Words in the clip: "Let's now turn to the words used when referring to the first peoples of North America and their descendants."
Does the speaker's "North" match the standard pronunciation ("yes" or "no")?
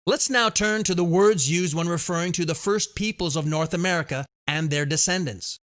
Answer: yes